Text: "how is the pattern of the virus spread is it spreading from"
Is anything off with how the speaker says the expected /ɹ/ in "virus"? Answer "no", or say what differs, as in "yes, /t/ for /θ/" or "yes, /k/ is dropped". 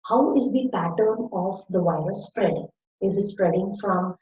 yes, /ɹ/ is dropped